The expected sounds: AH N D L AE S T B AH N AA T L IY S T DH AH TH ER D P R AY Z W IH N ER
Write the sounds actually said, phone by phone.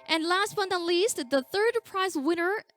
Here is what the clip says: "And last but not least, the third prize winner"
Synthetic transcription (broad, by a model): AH N L AE S T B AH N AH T L IY S T DH AH TH ER D P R AY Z W IH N ER